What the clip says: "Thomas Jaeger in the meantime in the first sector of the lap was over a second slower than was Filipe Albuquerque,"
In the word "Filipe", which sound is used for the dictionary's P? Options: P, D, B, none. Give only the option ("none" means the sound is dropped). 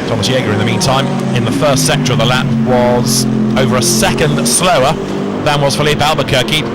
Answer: P